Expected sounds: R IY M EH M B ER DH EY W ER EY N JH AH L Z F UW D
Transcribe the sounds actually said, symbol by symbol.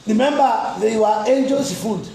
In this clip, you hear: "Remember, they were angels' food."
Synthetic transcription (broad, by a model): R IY M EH M B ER DH EY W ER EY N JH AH Z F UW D